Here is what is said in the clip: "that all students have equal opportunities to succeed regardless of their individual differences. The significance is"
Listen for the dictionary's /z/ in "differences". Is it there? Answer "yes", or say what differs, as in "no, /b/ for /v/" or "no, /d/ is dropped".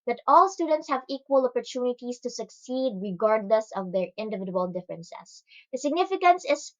no, /s/ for /z/